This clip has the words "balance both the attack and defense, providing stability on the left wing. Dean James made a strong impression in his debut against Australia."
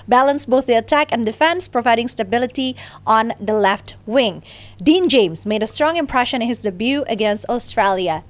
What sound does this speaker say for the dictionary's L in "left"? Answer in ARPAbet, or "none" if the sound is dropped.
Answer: L